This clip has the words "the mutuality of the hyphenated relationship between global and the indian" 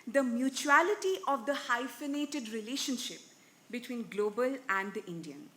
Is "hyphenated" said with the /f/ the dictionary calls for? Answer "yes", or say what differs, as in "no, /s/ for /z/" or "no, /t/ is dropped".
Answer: yes